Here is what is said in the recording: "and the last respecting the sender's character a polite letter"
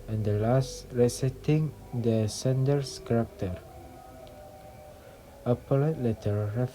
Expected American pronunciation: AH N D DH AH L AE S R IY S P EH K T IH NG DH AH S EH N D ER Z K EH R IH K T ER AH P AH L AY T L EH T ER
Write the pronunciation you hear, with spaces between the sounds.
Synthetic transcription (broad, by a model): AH N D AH L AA S R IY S EH T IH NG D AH S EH N D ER S K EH R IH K T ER AH P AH L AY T L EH T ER